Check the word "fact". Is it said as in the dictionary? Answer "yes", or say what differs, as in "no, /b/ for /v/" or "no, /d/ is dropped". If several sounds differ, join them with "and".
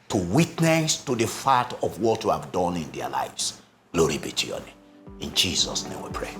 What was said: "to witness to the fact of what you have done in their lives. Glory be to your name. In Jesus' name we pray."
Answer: no, /k/ is dropped